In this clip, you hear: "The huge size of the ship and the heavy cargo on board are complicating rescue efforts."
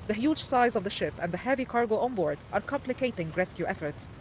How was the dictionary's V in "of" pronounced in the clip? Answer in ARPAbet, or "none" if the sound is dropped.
V